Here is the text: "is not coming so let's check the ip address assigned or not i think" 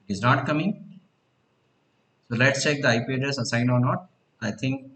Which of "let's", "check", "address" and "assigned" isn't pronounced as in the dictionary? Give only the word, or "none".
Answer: address